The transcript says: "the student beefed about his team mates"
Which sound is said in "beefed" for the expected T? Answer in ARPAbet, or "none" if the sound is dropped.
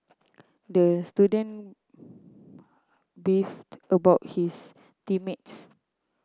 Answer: T